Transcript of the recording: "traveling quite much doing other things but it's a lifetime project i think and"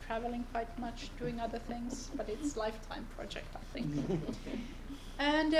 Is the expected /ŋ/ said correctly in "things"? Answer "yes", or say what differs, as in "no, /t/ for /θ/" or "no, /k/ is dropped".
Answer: yes